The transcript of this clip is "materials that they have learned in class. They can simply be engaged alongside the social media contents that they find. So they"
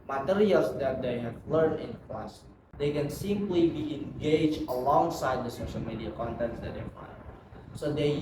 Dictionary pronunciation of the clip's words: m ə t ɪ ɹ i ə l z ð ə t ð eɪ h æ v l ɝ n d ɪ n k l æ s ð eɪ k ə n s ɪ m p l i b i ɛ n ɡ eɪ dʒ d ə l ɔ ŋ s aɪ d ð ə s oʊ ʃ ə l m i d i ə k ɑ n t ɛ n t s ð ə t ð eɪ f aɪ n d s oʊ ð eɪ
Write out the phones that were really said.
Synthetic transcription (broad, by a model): m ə t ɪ ɹ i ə l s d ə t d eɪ h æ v l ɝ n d ɪ n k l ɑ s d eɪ k ə n s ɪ m p l i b i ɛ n ɡ eɪ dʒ ə l ɔ ŋ s aɪ d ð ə s oʊ ʃ ə l m i d i ə k ɑ n t ɛ n t s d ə t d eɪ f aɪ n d s oʊ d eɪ